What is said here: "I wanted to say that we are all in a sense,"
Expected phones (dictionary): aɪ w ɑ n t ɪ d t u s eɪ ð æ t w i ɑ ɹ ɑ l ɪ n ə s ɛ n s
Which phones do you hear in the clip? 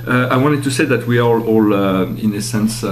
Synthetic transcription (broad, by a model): aɪ w ɑ n t ɪ d t u s eɪ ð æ t w i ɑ l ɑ l ɪ n ə s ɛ n s